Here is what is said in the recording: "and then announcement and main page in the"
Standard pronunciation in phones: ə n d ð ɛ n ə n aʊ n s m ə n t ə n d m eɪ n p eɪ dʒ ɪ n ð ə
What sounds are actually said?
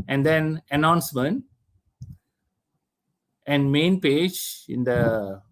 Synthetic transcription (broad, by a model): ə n d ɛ n ə n aʊ n s m ə n t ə n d m eɪ n p eɪ dʒ ɪ n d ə